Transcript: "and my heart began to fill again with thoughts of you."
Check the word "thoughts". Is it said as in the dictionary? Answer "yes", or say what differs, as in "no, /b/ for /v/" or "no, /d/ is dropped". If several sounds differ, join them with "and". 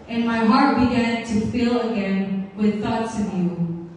yes